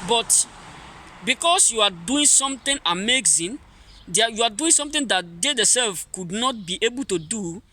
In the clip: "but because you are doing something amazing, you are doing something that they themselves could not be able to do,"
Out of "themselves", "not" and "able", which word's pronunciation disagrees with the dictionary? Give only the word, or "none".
themselves